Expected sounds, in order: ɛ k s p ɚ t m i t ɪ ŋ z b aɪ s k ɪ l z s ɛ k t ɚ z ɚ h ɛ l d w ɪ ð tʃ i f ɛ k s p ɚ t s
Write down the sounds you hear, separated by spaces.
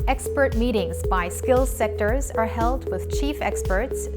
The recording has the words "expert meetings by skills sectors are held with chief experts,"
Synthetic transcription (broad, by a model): ɛ k s p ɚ t m i t ɪ ŋ z b aɪ s k ɪ l z s ɛ k t ɚ z ɚ h ɛ l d w ɪ ð tʃ i f ɛ k s p ɚ t s